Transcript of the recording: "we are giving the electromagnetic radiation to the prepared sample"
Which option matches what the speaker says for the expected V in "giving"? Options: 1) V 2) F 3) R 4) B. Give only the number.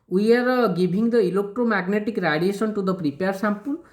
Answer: 4